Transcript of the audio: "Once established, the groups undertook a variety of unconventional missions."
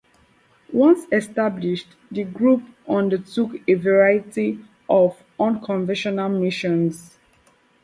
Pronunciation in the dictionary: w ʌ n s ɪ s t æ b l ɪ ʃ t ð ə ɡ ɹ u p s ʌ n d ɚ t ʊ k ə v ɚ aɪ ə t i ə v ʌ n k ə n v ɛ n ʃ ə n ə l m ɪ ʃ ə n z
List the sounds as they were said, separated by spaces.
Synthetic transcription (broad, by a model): w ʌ n s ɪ s t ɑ b l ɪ ʃ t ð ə ɡ ɹ u p ʌ n d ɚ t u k ə v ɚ aɪ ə t i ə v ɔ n k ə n v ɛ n ʃ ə n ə l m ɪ ʃ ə n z